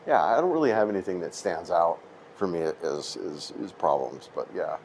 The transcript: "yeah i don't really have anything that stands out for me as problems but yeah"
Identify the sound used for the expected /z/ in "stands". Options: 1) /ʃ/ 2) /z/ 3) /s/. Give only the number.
2